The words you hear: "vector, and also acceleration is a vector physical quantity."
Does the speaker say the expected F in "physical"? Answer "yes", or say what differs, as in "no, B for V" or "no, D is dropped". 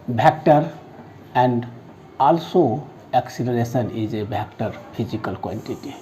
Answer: no, P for F